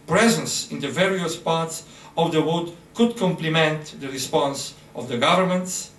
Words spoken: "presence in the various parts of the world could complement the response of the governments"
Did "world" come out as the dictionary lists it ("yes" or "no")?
no